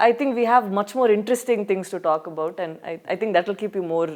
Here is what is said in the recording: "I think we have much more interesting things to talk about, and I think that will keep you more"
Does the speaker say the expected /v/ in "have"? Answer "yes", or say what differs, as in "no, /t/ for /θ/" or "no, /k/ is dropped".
yes